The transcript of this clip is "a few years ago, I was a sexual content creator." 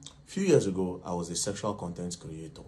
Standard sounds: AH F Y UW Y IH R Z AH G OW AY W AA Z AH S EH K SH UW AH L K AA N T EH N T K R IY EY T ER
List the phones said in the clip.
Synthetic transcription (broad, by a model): F Y UW Y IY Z AH G OW AY W AA Z AH S EH K SH UW AH L K AA N T EH N T K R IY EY T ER